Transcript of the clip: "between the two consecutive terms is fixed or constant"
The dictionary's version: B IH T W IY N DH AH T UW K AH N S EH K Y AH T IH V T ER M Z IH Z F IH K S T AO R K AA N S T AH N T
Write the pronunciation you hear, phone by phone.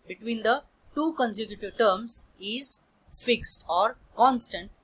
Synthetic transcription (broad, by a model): B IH T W IY N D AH T UW K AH N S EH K Y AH T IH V T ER M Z IH Z F IH K S T AO R K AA N S T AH N T